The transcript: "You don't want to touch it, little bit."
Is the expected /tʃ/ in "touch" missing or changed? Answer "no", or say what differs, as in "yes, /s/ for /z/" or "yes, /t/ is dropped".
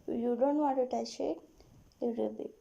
yes, /ʃ/ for /tʃ/